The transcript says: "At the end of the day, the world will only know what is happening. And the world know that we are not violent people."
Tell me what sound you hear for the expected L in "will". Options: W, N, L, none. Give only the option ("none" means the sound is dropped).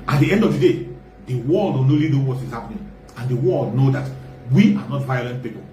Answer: N